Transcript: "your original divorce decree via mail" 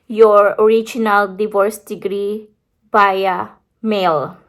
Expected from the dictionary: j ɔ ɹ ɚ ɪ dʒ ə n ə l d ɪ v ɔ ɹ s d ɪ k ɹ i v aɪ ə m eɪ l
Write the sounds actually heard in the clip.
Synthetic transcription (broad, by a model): j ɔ ɹ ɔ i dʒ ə n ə l d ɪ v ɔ ɹ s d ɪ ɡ ɹ i b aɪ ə m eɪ l